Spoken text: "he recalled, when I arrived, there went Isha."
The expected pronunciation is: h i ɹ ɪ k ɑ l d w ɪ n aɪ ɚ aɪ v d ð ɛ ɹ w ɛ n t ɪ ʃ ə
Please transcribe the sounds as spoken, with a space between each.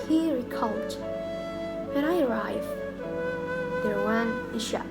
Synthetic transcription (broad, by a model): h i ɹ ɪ k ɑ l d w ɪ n aɪ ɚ aɪ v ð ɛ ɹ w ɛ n ɪ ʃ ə